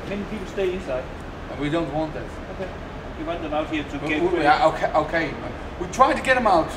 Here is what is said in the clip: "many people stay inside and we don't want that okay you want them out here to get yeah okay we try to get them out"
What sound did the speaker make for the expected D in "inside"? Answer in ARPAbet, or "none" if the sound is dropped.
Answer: none